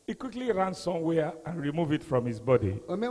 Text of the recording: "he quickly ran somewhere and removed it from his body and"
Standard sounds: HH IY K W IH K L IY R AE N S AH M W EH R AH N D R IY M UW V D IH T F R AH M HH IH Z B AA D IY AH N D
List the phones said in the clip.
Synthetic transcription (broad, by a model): HH IY K W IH K L IY R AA N S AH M W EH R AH N R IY M UW V IH T F R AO M HH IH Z B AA D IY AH